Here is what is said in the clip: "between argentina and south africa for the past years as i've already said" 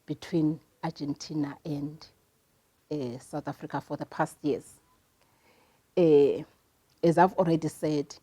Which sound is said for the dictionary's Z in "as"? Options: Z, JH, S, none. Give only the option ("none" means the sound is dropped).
Z